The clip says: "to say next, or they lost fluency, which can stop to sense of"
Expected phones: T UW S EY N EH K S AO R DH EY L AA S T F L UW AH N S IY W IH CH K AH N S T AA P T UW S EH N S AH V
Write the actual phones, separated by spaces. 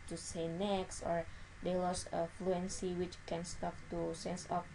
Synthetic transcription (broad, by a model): T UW S EY N EH K S AO R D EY L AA S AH F L UW AH N S IY W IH CH K AH N S T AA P T UW S EH N S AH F